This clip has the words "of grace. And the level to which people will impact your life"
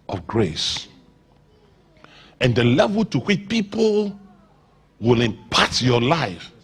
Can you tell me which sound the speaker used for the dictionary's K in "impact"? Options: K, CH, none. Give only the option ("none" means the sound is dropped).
none